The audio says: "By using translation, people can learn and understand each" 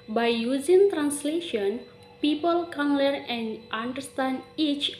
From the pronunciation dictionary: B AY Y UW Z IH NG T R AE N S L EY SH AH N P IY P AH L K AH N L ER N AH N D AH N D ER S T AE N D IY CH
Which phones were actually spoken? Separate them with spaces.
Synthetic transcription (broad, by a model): B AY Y UW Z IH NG T R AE N S L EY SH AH N P IY P AH L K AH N L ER AH N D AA N D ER S T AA N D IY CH